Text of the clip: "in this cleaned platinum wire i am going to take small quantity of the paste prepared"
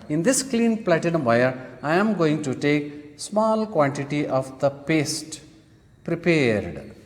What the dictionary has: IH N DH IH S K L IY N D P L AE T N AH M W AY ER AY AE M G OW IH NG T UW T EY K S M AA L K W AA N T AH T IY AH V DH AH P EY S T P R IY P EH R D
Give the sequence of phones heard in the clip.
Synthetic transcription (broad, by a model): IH N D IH S K L IY N P L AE T AH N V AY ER AY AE M G OW IH NG T UW T EY K S M AA L K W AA N T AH T IY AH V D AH P EY S T P R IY P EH R D